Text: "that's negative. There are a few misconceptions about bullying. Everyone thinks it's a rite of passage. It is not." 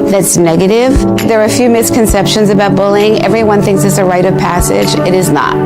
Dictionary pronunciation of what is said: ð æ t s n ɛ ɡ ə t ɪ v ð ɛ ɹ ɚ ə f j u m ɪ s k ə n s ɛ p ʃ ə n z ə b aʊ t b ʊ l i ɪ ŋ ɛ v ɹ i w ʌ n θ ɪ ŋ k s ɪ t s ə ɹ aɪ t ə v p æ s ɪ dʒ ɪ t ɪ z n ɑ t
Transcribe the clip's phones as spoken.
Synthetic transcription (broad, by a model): ð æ t s n ɛ ɡ ə t ɪ v ð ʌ ɹ f j u m ɪ s k ə n s ɛ p ʃ ə n z ə b aʊ t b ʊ l ɪ ŋ ɛ v ɹ i w ʌ n θ ɪ ŋ k s ɪ t s ə ɹ aɪ t ə v p æ s ɪ dʒ ɪ t ɪ z n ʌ t